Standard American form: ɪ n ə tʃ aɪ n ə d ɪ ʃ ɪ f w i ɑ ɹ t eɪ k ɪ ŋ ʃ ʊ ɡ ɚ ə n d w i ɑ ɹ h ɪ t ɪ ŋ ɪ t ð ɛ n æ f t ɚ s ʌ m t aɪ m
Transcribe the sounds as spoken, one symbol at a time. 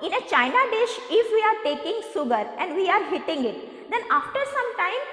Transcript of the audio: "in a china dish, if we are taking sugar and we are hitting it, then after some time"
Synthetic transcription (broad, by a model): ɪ n ə tʃ aɪ n ə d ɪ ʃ ɪ f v i ɑ ɹ t eɪ k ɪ ŋ s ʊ ɡ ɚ ə n d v i ɑ ɹ h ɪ t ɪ ŋ ɪ t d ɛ n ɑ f t ɚ s ʌ m t aɪ m